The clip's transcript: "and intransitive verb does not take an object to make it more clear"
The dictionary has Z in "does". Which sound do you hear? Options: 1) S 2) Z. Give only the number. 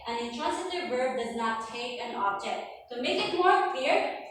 2